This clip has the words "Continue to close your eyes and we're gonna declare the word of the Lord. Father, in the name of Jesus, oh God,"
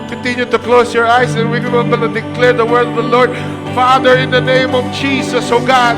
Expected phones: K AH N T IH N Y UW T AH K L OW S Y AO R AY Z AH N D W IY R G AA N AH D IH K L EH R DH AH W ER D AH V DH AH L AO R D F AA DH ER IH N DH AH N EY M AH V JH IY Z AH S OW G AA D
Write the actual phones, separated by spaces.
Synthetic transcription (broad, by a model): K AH N T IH N Y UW T AH K L OW S Y AO R AY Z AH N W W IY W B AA L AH D IH K L EH R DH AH W ER D AH V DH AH L AO R D F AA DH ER IH N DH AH N EY M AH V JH IY S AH S OW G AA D